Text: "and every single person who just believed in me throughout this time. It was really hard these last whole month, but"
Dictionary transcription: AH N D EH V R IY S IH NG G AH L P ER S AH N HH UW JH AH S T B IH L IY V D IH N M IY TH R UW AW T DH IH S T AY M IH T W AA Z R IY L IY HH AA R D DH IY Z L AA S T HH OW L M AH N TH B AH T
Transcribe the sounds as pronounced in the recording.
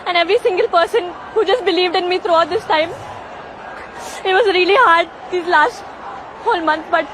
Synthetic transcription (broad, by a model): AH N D EH V R IY S IH NG G AH L P ER S AH N HH UW JH AH S T B IH L IY V D IH N M IY T R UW AW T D IH S T AY M IH T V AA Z R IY L IY HH AA R D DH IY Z L AA S T HH OW L M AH N T B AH T